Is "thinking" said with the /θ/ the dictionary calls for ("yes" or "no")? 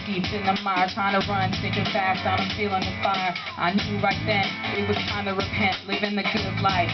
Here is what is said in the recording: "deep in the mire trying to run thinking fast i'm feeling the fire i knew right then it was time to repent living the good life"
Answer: no